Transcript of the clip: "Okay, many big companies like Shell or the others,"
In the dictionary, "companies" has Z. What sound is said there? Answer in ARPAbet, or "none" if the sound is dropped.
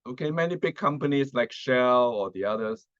S